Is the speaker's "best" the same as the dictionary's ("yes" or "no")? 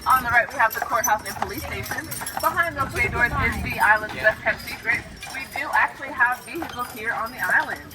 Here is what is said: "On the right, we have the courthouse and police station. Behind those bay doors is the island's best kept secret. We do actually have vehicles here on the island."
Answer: no